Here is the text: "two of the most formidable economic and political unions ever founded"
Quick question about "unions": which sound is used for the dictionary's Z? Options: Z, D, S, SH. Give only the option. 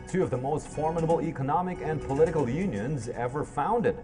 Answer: Z